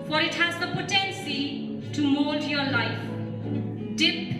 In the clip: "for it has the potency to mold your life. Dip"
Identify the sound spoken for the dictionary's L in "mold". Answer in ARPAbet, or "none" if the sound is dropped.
none